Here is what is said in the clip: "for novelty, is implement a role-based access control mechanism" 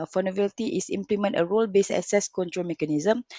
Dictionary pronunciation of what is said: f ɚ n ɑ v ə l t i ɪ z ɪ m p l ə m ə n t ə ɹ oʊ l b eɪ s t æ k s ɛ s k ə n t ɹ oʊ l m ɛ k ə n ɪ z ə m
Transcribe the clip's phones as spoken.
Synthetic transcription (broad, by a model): f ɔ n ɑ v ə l t i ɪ s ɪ m p l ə m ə n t ə ɹ oʊ l b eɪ s ɛ s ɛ s k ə n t ɹ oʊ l m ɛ k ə n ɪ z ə m